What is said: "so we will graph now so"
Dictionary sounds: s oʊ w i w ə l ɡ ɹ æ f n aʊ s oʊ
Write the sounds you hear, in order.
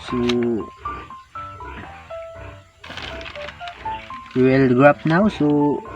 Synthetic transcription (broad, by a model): s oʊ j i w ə l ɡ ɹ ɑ p n aʊ s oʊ